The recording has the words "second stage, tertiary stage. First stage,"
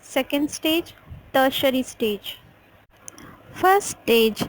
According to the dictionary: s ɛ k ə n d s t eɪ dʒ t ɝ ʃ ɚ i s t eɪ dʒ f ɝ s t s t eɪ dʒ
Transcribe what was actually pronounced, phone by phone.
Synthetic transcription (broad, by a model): s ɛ k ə n d s t eɪ dʒ t ɝ ʃ ɚ i s t eɪ dʒ f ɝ t s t eɪ dʒ